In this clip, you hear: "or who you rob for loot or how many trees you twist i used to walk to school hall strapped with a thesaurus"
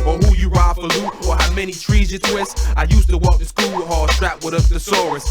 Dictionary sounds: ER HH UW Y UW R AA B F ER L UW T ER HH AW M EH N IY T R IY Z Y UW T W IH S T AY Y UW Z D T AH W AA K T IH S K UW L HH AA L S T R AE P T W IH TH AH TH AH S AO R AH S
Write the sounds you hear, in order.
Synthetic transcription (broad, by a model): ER HH UW Y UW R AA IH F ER L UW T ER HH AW M EH N IY T R IY Z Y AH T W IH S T AY Y UW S T AH W AA K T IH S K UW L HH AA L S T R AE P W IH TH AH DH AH S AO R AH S